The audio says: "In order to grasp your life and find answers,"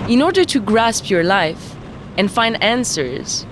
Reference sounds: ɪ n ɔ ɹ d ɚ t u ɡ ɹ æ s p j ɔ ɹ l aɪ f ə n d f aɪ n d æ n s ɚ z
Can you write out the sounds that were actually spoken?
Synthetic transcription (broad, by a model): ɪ n ɔ ɹ d ɚ t u ɡ ɹ æ s p j ɔ ɹ l aɪ f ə n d f aɪ n d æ n s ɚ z